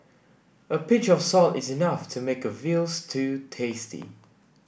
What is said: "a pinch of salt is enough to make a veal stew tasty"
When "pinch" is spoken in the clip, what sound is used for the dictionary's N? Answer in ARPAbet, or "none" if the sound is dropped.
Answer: none